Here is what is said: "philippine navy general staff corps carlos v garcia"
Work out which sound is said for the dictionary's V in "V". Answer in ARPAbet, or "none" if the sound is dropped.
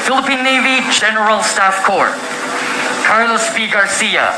P